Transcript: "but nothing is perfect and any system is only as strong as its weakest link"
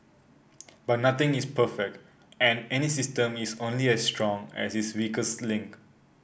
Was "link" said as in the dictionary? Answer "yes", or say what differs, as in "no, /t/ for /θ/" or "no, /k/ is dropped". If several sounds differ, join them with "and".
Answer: yes